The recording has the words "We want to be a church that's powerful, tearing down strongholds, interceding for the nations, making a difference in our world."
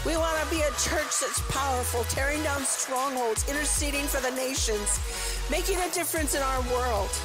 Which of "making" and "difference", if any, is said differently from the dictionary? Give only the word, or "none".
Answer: none